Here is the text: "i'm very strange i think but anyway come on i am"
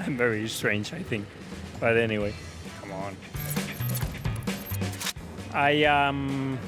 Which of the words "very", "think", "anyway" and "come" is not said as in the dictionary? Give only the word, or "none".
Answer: none